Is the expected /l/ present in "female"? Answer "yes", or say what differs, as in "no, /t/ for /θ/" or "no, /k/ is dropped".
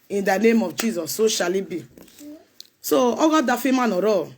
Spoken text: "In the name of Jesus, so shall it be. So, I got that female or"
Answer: no, /n/ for /l/